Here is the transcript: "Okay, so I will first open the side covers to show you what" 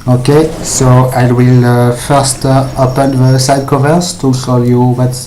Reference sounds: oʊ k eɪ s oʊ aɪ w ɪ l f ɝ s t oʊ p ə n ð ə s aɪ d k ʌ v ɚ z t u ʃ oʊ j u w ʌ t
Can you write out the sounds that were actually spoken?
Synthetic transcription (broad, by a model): oʊ k eɪ s oʊ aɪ w ɪ l f ɝ s t oʊ p ə n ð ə s aɪ d k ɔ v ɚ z t u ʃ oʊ j u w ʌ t